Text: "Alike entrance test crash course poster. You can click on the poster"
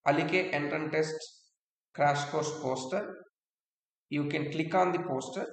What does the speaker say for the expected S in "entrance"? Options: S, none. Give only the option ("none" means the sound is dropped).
none